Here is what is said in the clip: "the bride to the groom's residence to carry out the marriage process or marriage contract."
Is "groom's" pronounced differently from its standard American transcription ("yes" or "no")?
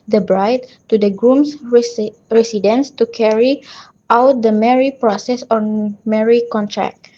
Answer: yes